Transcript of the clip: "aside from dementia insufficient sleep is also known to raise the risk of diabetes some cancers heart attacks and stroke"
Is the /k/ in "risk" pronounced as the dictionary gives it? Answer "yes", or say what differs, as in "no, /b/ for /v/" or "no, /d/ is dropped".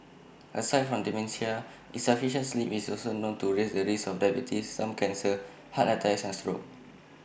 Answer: no, /k/ is dropped